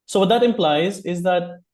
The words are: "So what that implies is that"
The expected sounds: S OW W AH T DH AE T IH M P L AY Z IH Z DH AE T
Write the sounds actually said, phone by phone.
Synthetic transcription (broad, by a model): S OW W AH T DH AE T IH M P L AY Z IH Z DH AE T